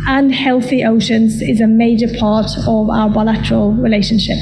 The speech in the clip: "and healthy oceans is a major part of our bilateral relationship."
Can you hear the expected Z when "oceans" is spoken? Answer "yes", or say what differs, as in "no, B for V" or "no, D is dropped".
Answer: yes